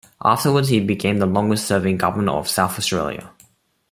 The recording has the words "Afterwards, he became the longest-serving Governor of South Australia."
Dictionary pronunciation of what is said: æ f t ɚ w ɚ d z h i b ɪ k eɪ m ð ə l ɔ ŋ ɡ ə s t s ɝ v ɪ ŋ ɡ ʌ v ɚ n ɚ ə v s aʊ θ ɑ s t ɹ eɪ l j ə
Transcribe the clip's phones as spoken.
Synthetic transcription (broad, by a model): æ f t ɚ w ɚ d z h i b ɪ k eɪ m ð ə l ɔ ŋ ɡ ə s t s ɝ v ɪ ŋ ɡ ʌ v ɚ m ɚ ə v s aʊ θ ɑ s t ɹ eɪ l j ə